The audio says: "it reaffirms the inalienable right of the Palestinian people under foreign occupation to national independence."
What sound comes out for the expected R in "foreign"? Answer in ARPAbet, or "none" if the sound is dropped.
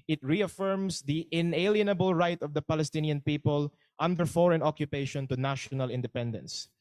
R